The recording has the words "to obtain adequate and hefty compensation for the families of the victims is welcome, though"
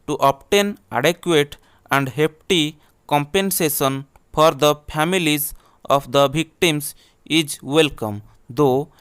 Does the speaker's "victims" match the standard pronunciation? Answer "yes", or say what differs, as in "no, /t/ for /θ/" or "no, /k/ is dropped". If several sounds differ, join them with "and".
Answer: no, /b/ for /v/